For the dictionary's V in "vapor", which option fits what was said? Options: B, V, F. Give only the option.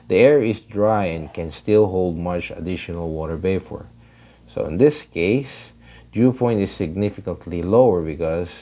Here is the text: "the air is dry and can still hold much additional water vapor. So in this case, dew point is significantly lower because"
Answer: B